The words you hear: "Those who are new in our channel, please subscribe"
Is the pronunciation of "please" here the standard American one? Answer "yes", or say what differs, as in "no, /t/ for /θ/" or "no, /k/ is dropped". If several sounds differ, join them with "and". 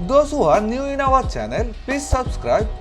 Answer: no, /l/ is dropped